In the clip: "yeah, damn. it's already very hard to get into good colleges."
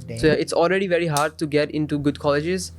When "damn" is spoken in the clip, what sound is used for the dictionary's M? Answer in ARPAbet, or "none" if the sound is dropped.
none